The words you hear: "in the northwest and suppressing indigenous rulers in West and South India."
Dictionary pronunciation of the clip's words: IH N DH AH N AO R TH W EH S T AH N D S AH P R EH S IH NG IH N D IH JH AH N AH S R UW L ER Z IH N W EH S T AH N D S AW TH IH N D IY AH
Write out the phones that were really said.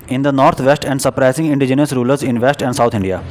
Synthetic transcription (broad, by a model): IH N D AH N AO R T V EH S T AH N D S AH P R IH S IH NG IH N D IH JH AH N AH S R UW L ER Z IH N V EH S T AH N D S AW T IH N D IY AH